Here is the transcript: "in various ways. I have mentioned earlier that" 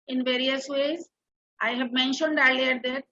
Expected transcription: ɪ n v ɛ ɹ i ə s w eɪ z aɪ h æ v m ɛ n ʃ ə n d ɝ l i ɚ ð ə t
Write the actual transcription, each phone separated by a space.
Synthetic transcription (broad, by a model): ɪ n v ɛ ɹ i ə s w eɪ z aɪ h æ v m ɛ n ʃ ə n d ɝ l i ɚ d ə t